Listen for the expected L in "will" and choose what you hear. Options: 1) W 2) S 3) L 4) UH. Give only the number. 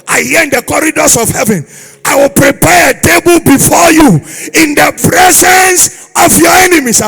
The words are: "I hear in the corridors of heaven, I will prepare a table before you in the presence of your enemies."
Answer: 3